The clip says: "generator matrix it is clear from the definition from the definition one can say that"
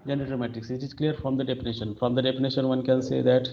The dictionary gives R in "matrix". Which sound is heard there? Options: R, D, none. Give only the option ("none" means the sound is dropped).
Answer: none